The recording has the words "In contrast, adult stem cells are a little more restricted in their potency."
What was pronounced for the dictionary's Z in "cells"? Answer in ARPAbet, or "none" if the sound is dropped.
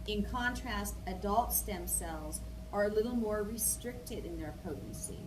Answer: Z